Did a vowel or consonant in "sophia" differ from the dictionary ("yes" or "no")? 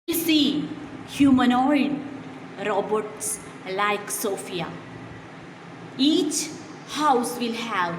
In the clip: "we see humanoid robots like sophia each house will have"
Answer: no